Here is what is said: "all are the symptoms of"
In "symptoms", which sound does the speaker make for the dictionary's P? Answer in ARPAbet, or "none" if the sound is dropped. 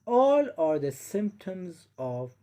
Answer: P